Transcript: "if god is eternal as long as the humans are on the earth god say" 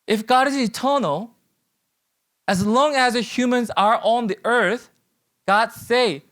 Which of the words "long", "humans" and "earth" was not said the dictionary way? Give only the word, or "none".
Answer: none